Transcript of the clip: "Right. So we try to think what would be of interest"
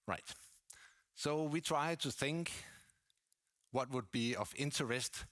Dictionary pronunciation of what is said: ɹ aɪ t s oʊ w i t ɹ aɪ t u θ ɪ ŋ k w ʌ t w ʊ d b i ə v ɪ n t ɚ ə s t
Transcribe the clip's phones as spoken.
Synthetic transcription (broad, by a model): ɹ aɪ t s oʊ w i t ɹ aɪ t u θ ɪ ŋ k w ʌ t w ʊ d b i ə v ɪ n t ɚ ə s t